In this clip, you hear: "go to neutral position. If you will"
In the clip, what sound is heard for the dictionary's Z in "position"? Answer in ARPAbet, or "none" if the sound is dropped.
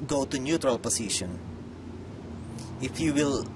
S